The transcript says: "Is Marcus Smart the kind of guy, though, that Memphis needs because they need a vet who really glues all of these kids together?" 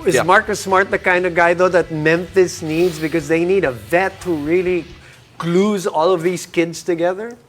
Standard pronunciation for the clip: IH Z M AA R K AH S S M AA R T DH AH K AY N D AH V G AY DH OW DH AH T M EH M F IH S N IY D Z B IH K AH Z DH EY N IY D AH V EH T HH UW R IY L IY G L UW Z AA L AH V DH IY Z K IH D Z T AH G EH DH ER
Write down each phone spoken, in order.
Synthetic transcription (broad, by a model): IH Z M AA R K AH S S M AA R T DH AH K AY N D AH V G AY DH OW DH AH T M EH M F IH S N IY D Z B IH K AH Z DH EY N IY D AH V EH T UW R IY L IY G L UW Z AA L AH V DH IY Z K IH D Z T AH G EH DH ER